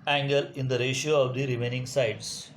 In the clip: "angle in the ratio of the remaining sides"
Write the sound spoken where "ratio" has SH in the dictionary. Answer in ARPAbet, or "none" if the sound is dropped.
SH